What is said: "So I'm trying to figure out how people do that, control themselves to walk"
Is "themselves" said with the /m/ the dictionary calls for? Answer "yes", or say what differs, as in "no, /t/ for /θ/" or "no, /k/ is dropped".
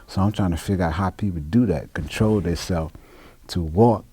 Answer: no, /m/ is dropped